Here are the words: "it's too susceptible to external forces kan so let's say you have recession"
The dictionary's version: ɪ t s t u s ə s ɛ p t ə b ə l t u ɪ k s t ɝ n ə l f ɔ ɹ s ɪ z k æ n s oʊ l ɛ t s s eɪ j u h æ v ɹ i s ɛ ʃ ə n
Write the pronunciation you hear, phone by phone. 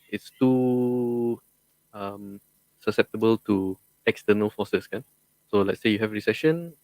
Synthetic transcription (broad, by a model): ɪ t s t u s ə s ɛ p t ə b ə l t u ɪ k s t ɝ n ə l f ɔ s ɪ s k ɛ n s oʊ l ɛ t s s eɪ j u h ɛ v ɹ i s ɛ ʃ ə n